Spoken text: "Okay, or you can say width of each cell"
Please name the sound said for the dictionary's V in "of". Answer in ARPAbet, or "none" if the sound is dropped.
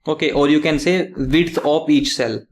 P